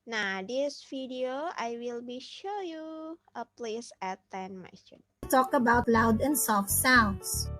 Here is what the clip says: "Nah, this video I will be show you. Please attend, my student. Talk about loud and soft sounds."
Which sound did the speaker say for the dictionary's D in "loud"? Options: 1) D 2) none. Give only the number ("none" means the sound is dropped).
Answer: 1